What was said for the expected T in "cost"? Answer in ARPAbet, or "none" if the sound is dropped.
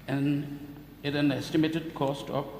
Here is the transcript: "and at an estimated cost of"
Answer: T